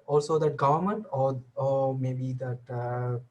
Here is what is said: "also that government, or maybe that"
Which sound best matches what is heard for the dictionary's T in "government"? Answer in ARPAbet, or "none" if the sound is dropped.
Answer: T